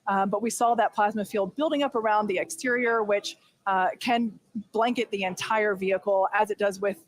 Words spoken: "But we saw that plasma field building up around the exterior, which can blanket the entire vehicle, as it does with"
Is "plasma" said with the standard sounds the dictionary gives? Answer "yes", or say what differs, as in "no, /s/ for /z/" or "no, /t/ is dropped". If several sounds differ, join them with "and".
yes